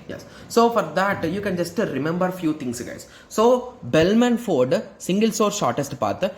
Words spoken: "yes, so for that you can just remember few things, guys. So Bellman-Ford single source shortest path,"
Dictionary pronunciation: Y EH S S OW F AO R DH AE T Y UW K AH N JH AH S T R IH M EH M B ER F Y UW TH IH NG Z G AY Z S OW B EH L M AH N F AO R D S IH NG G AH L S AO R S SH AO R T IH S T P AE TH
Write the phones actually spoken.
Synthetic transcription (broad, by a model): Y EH S S OW F AO R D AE T Y UW K AH N JH AH S T R IH M EH M B ER F Y UW T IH NG S G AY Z S OW B EH L M AH N F AO R D S IH NG G AH L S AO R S SH AO R T IH S T P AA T